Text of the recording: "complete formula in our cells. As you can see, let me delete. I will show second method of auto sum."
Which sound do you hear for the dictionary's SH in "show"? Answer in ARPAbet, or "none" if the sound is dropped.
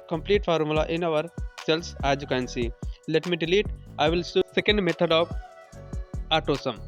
S